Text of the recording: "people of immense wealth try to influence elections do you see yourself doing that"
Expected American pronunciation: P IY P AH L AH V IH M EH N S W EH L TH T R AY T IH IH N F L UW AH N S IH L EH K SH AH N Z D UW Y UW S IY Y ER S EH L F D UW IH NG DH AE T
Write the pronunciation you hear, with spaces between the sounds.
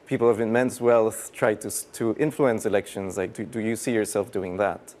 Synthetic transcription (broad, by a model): P IY P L AH V IH M EH N S W EH L TH T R AY T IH IH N F L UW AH N S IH L EH K SH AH N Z D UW Y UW S IY Y ER S EH L F D UW IH NG DH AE T